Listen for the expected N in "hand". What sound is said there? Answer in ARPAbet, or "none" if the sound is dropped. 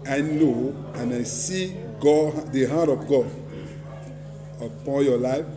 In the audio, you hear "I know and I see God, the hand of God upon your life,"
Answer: none